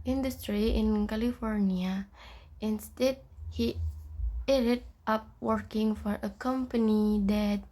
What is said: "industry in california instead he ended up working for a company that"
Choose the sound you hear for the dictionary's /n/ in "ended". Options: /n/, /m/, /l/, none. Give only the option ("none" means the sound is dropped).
none